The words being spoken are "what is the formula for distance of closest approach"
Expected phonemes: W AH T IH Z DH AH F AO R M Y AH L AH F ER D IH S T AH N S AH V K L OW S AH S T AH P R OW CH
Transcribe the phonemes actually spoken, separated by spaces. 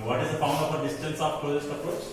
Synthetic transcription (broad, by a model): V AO T IH Z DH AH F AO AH N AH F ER D IH S T AH N S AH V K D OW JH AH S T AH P R OW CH